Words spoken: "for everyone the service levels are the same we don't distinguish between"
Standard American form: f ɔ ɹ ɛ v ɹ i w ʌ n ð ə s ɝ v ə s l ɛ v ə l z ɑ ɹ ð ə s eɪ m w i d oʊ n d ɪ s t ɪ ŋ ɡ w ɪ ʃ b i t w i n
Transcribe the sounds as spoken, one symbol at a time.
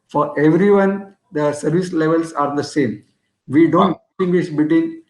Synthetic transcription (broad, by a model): f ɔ ɹ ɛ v ɹ i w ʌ n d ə s ɝ v ə s l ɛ v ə l s ɑ ɹ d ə s eɪ m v i d oʊ n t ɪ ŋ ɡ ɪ s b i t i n